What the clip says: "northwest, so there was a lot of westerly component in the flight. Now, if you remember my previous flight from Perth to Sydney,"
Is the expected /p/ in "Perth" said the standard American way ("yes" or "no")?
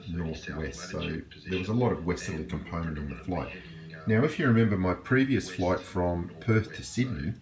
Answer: yes